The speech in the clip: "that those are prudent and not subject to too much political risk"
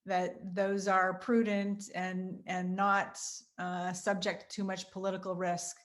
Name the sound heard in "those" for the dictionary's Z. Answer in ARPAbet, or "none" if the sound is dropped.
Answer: Z